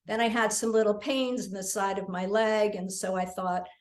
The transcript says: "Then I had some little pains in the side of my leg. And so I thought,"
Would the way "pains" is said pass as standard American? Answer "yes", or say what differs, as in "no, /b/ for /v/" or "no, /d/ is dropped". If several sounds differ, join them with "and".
yes